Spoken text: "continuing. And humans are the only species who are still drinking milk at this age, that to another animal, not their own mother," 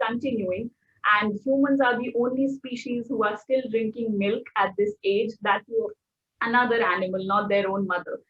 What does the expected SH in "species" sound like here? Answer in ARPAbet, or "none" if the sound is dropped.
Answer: SH